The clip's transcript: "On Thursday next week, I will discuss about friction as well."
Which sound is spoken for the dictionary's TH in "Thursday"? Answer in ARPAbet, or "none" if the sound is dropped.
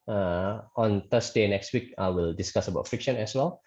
T